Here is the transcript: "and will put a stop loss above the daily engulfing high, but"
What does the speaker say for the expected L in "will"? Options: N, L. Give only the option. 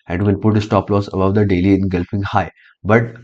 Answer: N